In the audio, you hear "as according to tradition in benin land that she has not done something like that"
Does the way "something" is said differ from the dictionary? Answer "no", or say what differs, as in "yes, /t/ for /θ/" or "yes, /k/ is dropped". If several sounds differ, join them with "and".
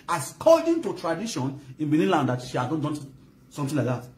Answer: yes, /t/ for /θ/